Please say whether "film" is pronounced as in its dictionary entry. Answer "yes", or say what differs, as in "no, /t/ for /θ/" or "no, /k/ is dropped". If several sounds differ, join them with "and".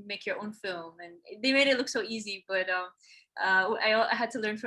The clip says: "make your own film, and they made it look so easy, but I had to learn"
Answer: yes